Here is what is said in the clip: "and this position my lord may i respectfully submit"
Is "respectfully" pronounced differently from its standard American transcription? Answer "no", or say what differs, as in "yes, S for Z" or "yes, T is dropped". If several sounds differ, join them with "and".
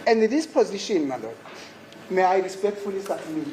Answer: no